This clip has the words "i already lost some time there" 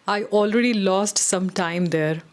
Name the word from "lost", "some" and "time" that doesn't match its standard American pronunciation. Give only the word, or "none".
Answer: none